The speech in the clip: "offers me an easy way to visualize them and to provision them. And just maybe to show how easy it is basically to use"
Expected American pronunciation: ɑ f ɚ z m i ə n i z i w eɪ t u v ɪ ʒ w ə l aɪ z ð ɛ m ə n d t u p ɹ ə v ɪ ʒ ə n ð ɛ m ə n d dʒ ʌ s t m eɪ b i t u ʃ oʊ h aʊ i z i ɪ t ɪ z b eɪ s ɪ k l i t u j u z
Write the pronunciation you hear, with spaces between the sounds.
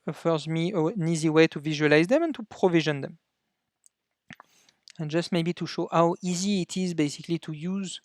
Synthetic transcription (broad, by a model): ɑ f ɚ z m i ə n i z i w eɪ t u v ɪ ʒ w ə l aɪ z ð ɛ m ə n t u p ɹ ə v ɪ ʒ ə n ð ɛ m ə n dʒ ʌ s t m eɪ b i t u ʃ oʊ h aʊ i z i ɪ t ɪ z b eɪ s ɪ k l i t u j u z